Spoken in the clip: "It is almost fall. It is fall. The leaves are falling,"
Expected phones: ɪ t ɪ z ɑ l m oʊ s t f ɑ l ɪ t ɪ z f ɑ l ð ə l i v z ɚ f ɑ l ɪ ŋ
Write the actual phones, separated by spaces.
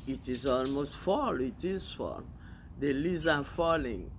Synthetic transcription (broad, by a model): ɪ t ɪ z ɑ l m oʊ s t f ɑ l ɪ t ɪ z f ɑ l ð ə l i z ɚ f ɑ l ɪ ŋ